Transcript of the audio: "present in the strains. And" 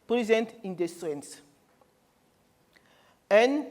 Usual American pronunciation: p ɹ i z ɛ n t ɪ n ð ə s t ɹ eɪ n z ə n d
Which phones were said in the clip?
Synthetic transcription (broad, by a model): p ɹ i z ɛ n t ɪ n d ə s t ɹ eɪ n s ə n